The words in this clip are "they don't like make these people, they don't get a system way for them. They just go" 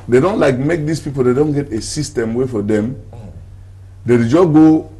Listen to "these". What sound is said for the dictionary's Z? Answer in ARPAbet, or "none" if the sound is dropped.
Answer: S